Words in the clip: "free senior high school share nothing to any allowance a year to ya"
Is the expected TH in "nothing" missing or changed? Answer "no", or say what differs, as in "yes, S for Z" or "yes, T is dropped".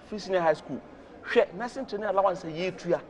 yes, S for TH